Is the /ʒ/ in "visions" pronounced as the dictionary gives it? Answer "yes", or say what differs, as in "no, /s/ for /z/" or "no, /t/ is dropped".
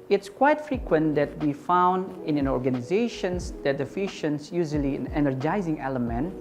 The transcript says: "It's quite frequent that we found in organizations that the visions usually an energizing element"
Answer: no, /ʃ/ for /ʒ/